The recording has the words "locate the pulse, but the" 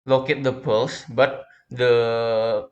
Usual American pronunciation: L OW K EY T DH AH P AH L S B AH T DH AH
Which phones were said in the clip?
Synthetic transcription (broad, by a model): L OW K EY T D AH P AH L S B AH T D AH